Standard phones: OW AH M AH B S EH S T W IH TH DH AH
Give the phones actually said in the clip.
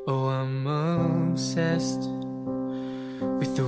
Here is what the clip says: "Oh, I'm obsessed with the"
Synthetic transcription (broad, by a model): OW AH M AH S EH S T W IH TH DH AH